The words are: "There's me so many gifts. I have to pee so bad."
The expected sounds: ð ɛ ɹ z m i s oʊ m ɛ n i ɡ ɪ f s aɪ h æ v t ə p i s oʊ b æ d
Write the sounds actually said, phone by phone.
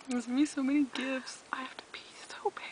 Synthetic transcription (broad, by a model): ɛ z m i s oʊ m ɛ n i ɡ ɪ f s aɪ h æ f t ə b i s oʊ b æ